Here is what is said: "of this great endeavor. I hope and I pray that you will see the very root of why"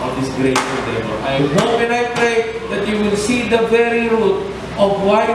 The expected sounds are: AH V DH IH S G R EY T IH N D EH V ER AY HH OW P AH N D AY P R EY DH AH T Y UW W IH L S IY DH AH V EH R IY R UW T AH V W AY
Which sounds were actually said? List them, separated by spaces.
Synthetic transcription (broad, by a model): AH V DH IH S G R EY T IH D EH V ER AY HH OW P AH N D AY P R EY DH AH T Y UW W IH L S IY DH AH V EH R IY R UW T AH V W AY